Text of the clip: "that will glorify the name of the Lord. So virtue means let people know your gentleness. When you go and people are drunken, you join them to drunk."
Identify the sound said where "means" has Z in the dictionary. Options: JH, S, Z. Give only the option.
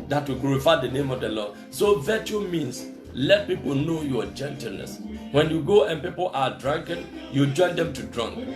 S